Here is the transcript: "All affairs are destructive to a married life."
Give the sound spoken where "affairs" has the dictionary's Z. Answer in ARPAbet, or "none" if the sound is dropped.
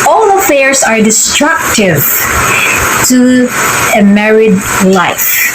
S